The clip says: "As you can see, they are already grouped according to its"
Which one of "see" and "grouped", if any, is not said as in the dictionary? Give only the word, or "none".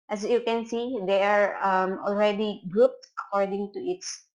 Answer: none